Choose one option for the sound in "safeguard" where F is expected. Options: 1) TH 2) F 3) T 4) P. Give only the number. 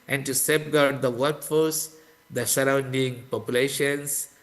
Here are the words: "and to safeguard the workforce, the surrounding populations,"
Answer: 4